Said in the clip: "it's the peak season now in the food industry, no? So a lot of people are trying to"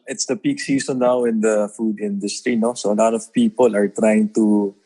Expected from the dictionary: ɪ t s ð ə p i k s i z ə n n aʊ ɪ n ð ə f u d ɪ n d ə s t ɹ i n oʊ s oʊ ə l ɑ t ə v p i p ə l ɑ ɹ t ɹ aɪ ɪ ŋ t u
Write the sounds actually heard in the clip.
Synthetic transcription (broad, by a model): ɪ t s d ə p i k s i s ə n n aʊ ɪ n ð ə f u d ɪ n d ə s t ɹ i n oʊ s oʊ ə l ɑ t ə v p i p ə l ɑ ɹ t ɹ aɪ ɪ ŋ t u